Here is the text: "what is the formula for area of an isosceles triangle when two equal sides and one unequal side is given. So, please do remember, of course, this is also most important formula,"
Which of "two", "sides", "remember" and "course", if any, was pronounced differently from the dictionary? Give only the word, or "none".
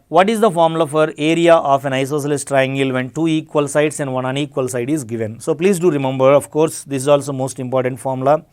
sides